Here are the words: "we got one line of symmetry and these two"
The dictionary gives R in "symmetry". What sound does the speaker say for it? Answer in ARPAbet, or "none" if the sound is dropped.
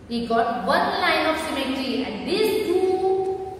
none